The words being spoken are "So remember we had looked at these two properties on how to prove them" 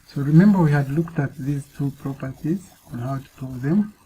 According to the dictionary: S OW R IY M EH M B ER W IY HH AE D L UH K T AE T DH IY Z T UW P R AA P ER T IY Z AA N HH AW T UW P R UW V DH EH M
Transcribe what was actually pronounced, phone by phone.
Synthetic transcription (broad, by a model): S OW R IY M EH M B ER W IY HH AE D L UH K T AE T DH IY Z T UW P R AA P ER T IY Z AA N HH AW T UW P UW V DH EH M